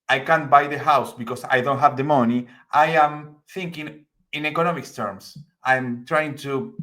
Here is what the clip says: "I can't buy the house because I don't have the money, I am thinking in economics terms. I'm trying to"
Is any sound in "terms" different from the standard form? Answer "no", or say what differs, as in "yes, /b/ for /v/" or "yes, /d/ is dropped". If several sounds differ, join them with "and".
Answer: yes, /s/ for /z/